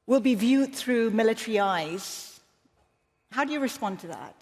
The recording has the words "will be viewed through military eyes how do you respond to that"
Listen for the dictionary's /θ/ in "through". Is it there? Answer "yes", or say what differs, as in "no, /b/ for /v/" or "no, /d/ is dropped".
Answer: yes